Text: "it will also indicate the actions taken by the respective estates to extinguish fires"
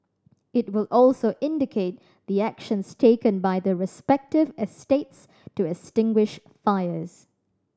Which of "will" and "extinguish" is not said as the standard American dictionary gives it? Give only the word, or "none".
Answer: extinguish